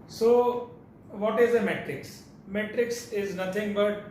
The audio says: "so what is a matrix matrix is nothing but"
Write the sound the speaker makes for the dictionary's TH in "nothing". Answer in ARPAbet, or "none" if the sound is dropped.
T